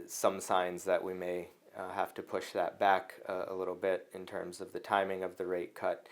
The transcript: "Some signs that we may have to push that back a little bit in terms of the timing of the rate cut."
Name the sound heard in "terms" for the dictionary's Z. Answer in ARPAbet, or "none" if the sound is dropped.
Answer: Z